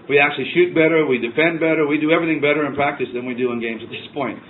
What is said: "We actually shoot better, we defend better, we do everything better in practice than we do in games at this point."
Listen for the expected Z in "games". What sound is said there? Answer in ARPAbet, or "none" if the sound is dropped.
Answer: Z